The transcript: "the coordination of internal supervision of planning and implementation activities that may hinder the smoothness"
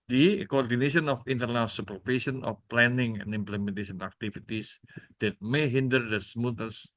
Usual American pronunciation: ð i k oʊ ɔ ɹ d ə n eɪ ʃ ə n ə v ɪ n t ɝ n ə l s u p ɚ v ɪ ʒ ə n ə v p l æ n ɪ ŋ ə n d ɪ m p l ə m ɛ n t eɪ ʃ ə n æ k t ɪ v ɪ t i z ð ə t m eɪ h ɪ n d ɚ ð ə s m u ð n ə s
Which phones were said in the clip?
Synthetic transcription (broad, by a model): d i k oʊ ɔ ɹ d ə n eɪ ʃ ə n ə f ɪ n t ɝ n ə l s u p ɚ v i s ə n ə f p l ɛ n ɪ ŋ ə n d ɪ m p l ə m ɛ n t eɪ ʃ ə n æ k t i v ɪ t i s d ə t m eɪ h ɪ n d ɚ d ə s m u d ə s